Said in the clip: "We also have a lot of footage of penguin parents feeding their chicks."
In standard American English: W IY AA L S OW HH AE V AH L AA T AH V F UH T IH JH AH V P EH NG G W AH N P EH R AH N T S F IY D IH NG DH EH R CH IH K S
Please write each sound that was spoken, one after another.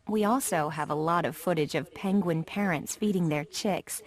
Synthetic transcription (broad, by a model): W IY AA L S OW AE V AH L AA T AH V F UH T IH JH AH V P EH NG G W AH N P EH R AH N T S F IY D IH NG DH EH R CH IH K S